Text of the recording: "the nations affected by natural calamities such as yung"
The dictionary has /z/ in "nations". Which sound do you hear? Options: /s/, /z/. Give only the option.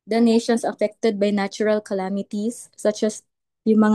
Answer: /s/